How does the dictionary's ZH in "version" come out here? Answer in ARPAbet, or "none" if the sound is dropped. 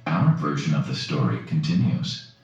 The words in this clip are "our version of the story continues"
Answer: ZH